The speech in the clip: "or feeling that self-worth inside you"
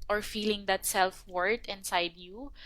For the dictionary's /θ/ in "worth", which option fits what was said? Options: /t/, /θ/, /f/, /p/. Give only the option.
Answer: /t/